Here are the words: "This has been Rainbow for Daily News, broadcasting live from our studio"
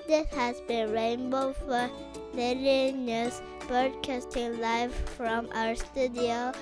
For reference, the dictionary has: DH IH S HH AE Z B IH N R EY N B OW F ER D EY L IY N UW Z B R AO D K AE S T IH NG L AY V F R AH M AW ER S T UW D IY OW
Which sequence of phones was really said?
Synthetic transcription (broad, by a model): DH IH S HH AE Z B IH N R EY N B OW F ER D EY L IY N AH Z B AO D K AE S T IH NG L AY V F R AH M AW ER S T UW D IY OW